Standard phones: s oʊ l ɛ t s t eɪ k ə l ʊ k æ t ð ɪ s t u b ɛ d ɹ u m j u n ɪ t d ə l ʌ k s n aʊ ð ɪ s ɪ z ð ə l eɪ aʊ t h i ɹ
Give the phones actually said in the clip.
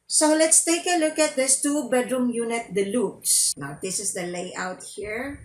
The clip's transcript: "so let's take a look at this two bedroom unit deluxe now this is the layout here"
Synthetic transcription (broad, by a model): s oʊ l ɛ t s t eɪ k ə l ʊ k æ t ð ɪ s t u b ɛ d ɹ u m j u n ɪ t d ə l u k s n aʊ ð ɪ s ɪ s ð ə l eɪ aʊ t h i ɹ